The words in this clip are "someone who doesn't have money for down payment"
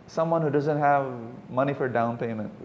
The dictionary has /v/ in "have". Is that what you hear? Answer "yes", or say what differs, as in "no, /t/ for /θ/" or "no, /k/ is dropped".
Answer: yes